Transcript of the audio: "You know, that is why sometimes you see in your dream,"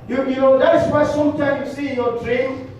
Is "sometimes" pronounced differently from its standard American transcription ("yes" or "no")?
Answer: yes